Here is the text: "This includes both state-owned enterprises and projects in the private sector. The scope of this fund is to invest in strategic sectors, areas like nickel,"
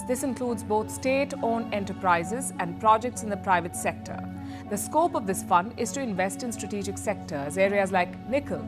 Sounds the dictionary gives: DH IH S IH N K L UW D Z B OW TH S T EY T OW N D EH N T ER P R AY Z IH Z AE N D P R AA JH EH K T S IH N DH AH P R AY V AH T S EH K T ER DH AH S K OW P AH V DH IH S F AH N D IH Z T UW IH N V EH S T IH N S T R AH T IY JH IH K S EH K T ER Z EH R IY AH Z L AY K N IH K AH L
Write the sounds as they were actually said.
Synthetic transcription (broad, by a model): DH IH S IH N K L UW D Z B OW T S T EY T OW N EH N T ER P R AY Z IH Z AE N D P R AA JH EH K T S IH N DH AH P R AY V AH T S EH K T ER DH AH S K OW P AH V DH IH S F AH N D IH Z T UW IH N V EH S T IH N S T R AH T IY JH IH K S EH K T ER Z EH R IY AH Z L AY K N IH K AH L